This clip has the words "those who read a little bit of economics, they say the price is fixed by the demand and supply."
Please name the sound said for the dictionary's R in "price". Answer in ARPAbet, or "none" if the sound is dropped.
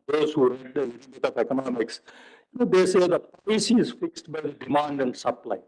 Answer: L